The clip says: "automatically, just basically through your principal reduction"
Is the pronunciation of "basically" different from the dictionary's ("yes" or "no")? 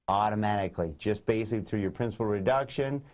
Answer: yes